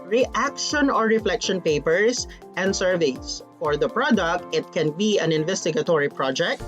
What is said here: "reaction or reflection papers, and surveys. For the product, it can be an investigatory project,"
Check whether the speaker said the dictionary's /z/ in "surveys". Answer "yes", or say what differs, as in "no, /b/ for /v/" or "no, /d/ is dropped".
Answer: no, /s/ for /z/